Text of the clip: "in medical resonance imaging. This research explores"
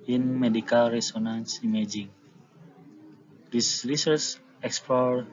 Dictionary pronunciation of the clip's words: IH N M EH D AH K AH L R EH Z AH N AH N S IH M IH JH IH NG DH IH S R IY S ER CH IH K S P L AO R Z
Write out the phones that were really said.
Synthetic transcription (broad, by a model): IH N M EH D AH K AH L R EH S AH N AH N S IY M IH JH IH NG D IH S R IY S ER S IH K S P L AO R